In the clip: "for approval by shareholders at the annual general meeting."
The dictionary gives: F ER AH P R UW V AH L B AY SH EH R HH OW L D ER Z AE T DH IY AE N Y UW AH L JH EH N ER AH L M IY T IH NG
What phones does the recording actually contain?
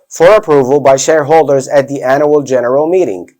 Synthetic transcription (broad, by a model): F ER AH P R UW V AH L B AY SH EH R HH OW L D ER Z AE T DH IY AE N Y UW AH L JH EH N ER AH L M IY T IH NG